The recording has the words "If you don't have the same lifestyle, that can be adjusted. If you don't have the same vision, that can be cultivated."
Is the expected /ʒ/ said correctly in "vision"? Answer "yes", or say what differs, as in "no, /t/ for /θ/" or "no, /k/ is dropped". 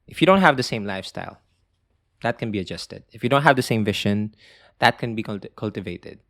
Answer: no, /ʃ/ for /ʒ/